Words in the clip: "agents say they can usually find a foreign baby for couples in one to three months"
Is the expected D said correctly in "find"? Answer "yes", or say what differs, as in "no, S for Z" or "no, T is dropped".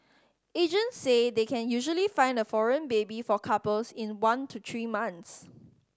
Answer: yes